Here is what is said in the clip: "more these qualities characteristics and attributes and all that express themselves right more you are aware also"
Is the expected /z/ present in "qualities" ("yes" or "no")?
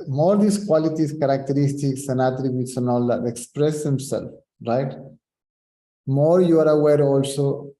no